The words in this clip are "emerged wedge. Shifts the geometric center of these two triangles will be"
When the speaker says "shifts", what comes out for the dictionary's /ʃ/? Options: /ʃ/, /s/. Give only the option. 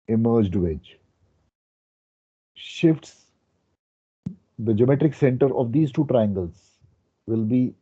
/ʃ/